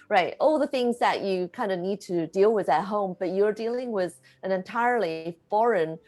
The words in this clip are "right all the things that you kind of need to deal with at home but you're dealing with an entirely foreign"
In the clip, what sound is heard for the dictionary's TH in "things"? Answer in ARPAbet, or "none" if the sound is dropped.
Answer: TH